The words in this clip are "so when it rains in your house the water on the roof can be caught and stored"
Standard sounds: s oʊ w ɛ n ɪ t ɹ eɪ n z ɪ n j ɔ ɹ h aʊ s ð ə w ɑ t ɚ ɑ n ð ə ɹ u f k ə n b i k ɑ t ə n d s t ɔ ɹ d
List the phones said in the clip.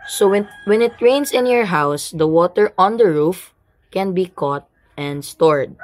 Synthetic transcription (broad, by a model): s oʊ w ɛ n ɪ t ɹ eɪ n s ɪ n j ɔ ɹ h aʊ s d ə w ɑ t ɚ ɑ n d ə ɹ u f k ə n b i k ɑ t ə n d s t ɔ ɹ d